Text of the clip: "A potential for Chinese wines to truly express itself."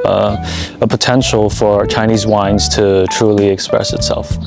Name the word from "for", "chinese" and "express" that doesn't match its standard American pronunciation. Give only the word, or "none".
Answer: none